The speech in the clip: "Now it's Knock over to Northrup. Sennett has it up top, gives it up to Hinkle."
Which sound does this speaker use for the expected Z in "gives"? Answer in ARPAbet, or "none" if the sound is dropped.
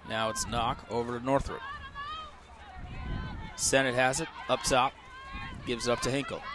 Z